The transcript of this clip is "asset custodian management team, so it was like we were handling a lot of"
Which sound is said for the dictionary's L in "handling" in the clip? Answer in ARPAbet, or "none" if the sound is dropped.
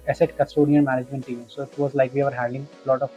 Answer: none